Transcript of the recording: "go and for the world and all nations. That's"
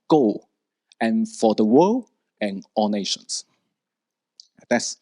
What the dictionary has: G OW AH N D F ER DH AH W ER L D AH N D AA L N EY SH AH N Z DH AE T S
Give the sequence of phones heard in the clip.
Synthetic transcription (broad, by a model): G OW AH N F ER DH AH W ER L AH N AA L N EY SH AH N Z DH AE T S